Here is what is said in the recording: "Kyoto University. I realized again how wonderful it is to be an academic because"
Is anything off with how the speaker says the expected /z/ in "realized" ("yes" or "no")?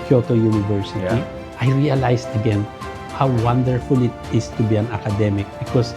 yes